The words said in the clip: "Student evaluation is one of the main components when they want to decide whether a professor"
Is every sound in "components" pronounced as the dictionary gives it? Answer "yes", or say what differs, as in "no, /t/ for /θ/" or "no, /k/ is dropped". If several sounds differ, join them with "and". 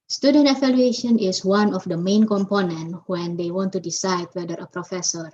no, /s/ is dropped